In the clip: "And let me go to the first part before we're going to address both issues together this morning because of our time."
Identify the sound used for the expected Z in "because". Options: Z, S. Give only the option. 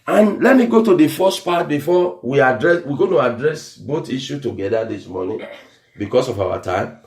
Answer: S